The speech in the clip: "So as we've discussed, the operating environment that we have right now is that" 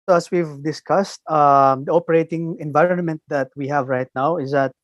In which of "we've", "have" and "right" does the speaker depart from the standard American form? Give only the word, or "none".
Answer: none